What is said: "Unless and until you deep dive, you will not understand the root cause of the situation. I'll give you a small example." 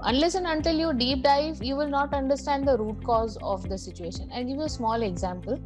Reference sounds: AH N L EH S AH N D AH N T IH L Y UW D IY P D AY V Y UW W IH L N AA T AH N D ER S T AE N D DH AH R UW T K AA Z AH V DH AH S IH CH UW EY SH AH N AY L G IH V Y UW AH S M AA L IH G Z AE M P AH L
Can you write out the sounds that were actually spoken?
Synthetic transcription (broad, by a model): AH N L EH S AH N AH N T IH L Y UW D IY P D AY V Y UW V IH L N AA T AH N D ER S T AE N D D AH R UW T K AA Z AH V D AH S IH CH UW EY SH AH N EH N G IH V Y UW AH S M AA L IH G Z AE M P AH L